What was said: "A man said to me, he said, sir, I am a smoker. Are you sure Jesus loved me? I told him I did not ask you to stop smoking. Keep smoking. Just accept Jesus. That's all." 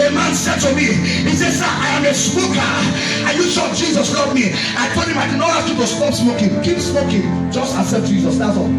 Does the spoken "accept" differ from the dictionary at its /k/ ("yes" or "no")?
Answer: yes